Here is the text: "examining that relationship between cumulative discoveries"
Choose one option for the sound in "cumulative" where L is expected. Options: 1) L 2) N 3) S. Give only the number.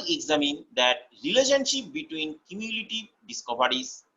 2